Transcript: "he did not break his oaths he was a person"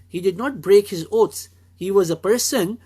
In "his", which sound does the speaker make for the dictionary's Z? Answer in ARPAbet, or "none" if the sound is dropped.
Z